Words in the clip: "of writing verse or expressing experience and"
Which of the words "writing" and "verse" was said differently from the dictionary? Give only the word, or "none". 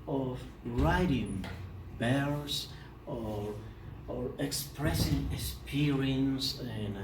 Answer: verse